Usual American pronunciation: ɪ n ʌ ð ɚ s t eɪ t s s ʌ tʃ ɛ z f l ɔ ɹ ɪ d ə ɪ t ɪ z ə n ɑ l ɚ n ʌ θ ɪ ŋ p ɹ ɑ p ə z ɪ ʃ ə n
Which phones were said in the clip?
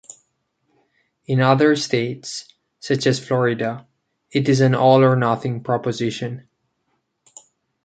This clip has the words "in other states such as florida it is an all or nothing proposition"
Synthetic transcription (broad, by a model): ɪ n ʌ ð ɚ s t eɪ t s s ʌ tʃ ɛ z f l ɔ ɹ ɪ d ə ɪ t ɪ z ə n ɑ l ɚ n ʌ θ ɪ ŋ p ɹ ɑ p ə z ɪ ʃ ə n